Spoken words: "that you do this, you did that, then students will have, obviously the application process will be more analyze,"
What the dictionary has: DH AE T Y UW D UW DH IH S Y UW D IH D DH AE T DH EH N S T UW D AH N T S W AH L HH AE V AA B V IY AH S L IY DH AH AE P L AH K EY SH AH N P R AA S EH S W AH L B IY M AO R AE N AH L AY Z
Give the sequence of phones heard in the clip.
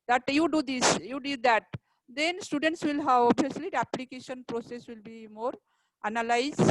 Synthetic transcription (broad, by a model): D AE T Y UW D UW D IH S Y UW D IH D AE T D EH N S T UW D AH N T S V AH L HH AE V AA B IY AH S L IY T AE P L AH K EY SH AH N P R AA S EH S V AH L B IY M AO R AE N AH L AY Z